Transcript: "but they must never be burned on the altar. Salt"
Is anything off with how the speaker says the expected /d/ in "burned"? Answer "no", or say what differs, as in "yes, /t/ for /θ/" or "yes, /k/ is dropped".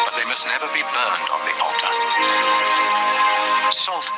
no